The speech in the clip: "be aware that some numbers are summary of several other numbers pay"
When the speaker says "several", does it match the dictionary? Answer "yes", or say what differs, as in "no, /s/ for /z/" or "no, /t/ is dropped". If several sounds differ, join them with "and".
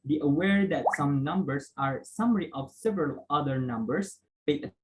yes